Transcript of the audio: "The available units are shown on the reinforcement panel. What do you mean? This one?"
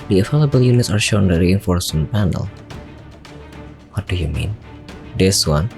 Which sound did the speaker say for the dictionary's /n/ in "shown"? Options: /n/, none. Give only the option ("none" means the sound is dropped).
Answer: none